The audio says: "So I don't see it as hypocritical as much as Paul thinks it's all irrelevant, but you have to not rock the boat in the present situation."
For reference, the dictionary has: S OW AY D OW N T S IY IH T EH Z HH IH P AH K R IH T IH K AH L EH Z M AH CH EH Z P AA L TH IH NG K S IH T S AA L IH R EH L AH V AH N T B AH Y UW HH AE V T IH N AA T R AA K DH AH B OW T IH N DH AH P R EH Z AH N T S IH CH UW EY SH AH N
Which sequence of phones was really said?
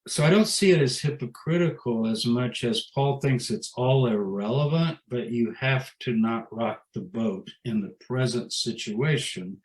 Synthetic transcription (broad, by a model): S OW AY D OW N T S IY IH T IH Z HH IH P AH K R IH T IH K L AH Z M AH CH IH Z P AA L TH IH NG K S IH T S AA L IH R EH L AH V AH N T B AH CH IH HH AE F T IH N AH T R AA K DH AH B OW T IH N DH AH P R EH Z AH N T S IH CH UW EY SH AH N